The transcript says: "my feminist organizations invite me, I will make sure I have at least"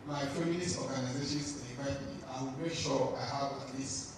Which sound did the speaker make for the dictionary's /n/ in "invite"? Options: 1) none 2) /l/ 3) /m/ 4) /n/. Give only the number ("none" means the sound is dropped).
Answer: 1